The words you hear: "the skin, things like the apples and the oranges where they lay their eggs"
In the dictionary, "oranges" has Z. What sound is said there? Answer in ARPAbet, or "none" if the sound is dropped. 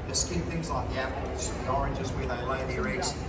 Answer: Z